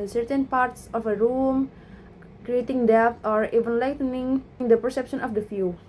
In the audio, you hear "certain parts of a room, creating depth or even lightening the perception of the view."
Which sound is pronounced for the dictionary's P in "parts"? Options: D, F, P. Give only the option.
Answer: P